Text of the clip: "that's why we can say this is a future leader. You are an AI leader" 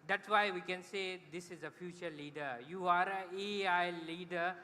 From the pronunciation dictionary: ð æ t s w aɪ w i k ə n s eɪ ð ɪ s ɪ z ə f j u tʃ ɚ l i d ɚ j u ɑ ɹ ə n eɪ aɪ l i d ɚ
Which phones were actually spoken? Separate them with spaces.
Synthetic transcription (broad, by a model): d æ t s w aɪ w i k ə n s eɪ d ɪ s ɪ z ə f j u tʃ ɚ l i d ɚ j u ɑ ɹ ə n eɪ aɪ l i d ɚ